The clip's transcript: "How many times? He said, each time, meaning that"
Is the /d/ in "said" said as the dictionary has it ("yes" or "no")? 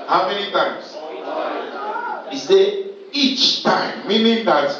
no